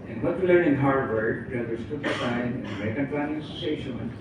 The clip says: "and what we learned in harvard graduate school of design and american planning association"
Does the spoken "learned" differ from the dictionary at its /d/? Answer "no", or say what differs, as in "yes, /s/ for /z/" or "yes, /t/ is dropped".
yes, /d/ is dropped